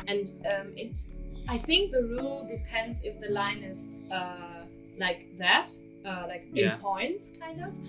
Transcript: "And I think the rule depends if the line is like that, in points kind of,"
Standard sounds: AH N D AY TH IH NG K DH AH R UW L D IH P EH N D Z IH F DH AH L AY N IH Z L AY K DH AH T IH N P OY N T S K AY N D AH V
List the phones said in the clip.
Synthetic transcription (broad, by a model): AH N D AY TH IH NG K DH AH R UW L D IH P EH N D Z IH F DH AH L AY N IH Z L AY K DH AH T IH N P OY N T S K AY N D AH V